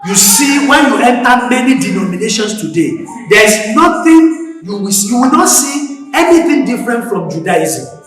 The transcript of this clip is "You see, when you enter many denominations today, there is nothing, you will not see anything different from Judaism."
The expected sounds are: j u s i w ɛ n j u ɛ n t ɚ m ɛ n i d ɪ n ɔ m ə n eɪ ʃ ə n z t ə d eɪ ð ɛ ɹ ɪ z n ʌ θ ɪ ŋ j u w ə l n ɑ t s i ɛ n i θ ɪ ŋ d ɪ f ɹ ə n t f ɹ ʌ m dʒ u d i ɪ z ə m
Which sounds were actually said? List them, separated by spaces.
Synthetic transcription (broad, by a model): j u s i w ɛ n j u ɛ n t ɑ m ɛ n i d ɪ n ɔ m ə n eɪ ʃ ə n s t ə d eɪ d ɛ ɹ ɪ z n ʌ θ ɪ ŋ j u w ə w n ɑ t s i ɛ n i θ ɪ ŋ d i f ɹ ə n t f ɹ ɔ m dʒ u d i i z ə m